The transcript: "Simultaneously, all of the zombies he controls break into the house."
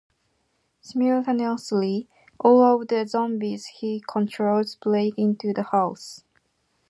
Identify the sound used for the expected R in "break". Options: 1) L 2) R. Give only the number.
1